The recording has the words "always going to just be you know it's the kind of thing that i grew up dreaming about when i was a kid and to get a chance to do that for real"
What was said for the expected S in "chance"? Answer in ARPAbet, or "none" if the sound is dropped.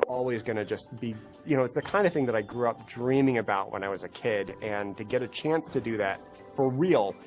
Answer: S